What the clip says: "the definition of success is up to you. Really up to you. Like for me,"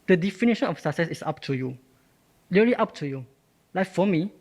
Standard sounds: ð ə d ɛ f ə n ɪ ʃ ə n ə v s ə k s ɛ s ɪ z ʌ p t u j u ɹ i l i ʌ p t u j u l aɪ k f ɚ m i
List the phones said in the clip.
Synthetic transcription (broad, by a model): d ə d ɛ f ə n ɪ ʃ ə n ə f s ə k s ɛ s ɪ s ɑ p t u j u l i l i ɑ p t u j u l aɪ k f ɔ m i